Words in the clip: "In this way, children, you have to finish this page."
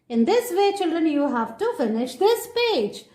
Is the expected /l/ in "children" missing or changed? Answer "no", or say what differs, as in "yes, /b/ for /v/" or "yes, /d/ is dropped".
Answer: no